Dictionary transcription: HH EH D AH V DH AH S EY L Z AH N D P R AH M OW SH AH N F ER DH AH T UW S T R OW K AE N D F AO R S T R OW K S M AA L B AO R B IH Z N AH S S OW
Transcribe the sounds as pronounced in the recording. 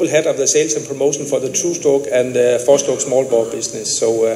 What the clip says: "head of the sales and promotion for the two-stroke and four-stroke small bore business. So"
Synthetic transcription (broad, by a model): HH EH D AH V DH AH S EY L S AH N P R AH M OW SH AH N F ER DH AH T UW S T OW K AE N F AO S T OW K S M AA L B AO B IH S N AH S S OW